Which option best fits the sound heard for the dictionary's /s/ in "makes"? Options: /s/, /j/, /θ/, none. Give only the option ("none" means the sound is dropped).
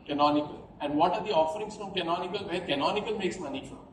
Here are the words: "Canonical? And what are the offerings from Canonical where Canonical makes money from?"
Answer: /s/